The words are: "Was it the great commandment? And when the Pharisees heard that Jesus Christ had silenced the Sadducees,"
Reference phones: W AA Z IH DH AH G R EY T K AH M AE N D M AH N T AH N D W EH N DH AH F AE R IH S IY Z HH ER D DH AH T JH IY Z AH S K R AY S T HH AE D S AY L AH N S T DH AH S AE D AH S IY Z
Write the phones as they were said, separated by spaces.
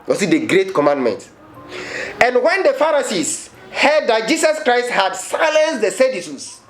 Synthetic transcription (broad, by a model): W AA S IH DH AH G R EY T K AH M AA N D M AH N T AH N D W EH N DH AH F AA R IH S IY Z HH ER D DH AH T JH IY S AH S K R AY S T HH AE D S AY L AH N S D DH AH S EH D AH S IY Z